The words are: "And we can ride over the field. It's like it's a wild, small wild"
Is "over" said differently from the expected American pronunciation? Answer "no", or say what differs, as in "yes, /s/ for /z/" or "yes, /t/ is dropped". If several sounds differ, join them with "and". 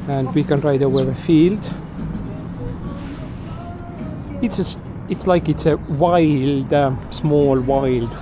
yes, /v/ is dropped